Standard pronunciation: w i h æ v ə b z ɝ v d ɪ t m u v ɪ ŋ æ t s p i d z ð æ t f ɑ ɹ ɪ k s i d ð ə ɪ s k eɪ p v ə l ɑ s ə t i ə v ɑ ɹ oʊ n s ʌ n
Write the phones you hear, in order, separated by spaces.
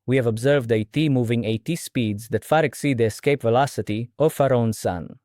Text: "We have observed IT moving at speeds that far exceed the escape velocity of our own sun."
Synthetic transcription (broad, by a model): w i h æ v ə b z ɝ v d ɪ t m u v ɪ ŋ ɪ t s p i d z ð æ t f ɑ ɹ ɪ k s i d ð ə ɪ s k eɪ p v ə l ɑ s ə t i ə f ɑ ɹ oʊ n s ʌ n